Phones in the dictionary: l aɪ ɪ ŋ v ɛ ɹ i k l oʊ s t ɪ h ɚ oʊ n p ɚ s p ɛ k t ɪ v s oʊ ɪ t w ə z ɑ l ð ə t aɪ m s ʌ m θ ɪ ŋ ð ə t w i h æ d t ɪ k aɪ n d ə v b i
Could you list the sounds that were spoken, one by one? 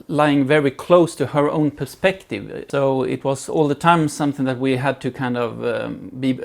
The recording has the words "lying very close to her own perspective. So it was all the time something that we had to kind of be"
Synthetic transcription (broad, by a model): l aɪ ɪ ŋ v ɛ ɹ i k l oʊ s t ɪ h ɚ oʊ n p ɚ s p ɛ k t ɪ v s oʊ ɪ t w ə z ɑ l ð ə t aɪ m s ʌ m θ ɪ ŋ ð ə t w i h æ d t ɪ k aɪ n d ə v b i